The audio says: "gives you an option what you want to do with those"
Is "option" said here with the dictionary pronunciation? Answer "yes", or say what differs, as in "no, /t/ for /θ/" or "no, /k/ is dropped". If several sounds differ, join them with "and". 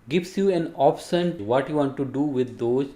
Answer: no, /s/ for /ʃ/